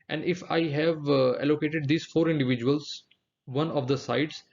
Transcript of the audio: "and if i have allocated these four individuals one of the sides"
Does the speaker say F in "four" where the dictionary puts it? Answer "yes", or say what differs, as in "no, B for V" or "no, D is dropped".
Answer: yes